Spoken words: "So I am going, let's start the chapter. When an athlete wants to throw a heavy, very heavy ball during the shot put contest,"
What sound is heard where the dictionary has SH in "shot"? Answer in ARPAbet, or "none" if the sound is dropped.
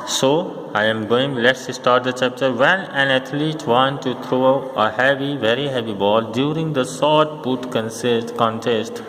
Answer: S